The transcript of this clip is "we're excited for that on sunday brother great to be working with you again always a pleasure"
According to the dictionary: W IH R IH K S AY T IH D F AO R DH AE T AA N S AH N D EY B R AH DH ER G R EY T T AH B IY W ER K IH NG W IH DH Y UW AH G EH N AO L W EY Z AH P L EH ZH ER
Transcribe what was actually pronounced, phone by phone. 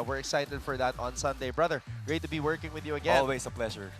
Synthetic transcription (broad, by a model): W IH R IH K S AY T IH D F AO R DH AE T AA N S AH N D EY B R AH DH ER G R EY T T AH B IY W ER K IH NG W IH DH Y UW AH G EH AO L W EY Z AH P L EH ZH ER